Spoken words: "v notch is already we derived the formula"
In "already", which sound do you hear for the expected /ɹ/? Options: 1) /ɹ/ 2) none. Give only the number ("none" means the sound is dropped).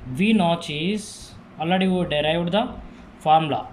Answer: 2